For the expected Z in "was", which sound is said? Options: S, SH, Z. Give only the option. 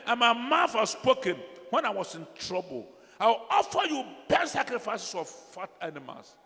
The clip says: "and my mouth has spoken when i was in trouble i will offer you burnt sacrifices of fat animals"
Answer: S